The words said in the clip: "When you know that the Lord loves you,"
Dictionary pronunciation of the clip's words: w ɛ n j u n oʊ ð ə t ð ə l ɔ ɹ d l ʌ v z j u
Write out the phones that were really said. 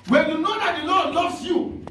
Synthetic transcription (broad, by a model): w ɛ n j u n oʊ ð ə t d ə l ɔ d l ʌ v s j u